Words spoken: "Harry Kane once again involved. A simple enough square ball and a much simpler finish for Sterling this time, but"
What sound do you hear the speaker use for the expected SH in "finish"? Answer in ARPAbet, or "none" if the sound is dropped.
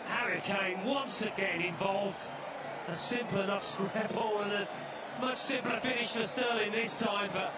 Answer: SH